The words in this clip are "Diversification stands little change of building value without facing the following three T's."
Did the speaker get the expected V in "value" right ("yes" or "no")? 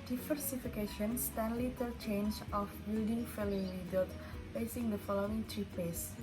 no